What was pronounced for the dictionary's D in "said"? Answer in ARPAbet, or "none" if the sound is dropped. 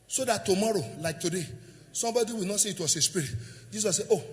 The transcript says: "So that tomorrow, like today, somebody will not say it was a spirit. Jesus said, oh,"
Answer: none